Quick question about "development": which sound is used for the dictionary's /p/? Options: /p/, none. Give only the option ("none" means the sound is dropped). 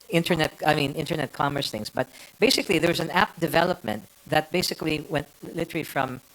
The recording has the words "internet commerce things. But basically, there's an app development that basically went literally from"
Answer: /p/